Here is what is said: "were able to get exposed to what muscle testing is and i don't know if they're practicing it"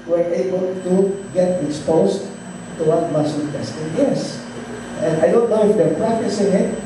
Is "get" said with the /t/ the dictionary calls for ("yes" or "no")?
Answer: yes